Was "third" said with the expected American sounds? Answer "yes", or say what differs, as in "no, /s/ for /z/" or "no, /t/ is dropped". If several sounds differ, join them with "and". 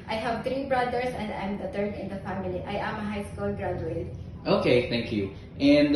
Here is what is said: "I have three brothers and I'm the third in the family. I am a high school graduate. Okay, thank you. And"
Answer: no, /t/ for /θ/